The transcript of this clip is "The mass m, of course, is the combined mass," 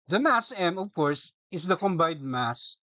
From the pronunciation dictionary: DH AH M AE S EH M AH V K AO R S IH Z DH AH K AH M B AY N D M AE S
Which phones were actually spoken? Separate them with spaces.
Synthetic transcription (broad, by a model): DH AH M AE S EH M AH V K AO R S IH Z DH AH K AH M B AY D M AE S